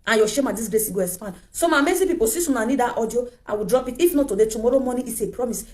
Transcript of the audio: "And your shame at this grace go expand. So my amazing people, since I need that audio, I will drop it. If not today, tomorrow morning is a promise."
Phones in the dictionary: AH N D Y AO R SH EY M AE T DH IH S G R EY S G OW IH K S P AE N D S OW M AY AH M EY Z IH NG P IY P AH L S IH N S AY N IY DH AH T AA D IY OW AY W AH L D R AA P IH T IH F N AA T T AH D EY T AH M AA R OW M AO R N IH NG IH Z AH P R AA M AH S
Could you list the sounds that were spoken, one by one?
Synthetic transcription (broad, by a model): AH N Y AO SH EY M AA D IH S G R EY S G OW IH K S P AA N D S OW M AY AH M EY S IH P IY P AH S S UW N AY N IY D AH T AA D IY OW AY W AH D R AA P IH T IH F N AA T T AH D EY T AH M AA R OW M AO N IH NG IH S AH P R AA M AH S